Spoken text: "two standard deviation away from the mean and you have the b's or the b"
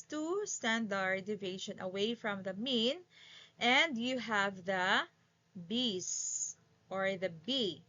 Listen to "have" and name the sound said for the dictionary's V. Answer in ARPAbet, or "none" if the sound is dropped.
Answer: V